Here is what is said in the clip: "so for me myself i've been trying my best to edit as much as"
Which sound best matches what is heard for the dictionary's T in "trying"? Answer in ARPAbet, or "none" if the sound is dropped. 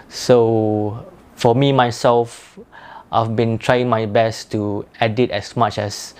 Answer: T